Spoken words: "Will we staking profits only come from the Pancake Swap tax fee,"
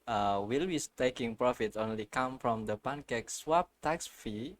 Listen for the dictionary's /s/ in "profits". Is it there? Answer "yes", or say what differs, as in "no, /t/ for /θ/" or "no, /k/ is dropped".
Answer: no, /s/ is dropped